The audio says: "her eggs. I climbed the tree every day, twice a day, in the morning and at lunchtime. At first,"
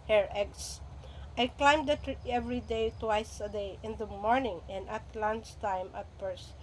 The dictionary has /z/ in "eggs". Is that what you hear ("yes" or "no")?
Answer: no